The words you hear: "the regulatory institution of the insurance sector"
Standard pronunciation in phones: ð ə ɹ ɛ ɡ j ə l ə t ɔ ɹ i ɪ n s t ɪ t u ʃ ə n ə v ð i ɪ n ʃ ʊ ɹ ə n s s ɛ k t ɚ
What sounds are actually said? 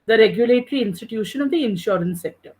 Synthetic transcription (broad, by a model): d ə ɹ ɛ ɡ j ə l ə t ɹ i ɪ n s t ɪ t u ʃ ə n ə v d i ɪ n ʃ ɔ ɹ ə n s s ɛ k t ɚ